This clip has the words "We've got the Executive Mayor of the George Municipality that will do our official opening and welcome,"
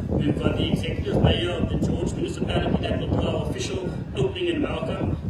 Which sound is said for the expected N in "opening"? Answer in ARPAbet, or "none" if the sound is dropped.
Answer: L